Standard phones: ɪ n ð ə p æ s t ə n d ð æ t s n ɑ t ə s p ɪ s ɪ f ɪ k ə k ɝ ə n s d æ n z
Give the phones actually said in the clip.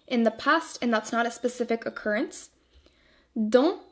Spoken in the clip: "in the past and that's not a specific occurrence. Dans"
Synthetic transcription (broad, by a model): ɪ n ð ə p æ s t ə n ð æ t s n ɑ t ə s p ɪ s ɪ f ɪ k ə k ɝ ə n s d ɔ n